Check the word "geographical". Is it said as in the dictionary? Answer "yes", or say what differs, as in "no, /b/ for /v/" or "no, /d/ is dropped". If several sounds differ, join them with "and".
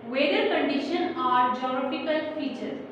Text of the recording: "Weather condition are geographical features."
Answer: no, /p/ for /f/